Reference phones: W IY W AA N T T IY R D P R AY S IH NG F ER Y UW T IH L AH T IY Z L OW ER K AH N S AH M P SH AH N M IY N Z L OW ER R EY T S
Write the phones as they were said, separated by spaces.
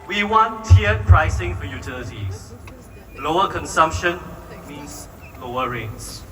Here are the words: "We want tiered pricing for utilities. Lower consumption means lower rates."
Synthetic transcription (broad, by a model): W IY W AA N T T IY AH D P R AY S IH NG F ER Y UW T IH L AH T IY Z L OW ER K AH N S AH M P SH AH N M IY N S L OW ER R EY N S